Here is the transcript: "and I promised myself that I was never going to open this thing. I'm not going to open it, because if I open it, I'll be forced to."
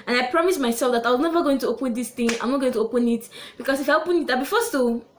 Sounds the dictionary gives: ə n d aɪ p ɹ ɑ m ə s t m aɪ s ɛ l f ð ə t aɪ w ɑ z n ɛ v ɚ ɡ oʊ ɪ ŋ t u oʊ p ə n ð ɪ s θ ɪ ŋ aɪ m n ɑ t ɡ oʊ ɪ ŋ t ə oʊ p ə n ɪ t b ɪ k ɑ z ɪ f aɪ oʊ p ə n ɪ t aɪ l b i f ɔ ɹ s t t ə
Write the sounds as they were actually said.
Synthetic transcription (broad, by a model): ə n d aɪ p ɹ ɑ m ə s m aɪ s ɛ l f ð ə t aɪ w ɑ z n ɛ v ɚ ɡ oʊ ɪ ŋ t u oʊ p ə n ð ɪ s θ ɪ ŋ aɪ m n ɑ t ɡ oʊ ɪ ŋ t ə oʊ p ə n ɪ t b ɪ k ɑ s ɪ f aɪ oʊ p ə n ɪ t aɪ b i f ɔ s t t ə